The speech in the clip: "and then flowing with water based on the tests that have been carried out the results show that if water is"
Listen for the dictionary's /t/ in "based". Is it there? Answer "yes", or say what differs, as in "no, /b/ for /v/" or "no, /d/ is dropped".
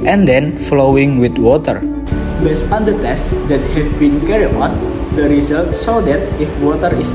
no, /t/ is dropped